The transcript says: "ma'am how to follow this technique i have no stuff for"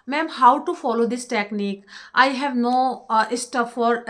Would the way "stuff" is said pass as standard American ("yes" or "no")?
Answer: no